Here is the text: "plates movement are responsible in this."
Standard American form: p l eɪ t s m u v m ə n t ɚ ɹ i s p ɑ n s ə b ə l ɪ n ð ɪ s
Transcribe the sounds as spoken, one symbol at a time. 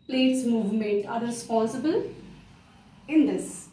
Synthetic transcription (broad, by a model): p l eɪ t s m u v m ə n t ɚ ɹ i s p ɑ s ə b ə l ɪ n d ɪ s